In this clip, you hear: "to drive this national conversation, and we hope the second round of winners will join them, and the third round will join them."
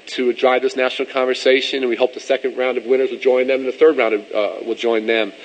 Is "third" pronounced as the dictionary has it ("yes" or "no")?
yes